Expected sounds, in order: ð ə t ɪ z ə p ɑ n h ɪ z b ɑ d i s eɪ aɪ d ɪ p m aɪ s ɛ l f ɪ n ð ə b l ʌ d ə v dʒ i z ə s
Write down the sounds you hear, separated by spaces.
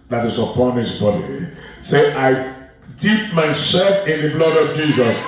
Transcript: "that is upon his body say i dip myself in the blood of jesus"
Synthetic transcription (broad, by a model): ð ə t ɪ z ə p ɑ n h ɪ s b ɑ d i s eɪ aɪ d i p m aɪ s ɛ l f ɪ n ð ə b l ʌ d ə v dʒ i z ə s